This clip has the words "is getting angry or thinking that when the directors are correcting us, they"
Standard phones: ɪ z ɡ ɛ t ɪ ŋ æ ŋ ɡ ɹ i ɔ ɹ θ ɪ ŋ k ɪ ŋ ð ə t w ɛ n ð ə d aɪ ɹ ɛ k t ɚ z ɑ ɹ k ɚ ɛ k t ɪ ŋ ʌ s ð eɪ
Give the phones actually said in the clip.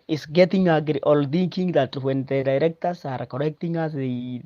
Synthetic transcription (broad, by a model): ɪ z ɡ ɛ t ɪ ŋ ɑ ɡ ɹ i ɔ l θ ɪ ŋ k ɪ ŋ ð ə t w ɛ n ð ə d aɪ ɹ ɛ k t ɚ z ɑ ɹ k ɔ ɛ k t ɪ ŋ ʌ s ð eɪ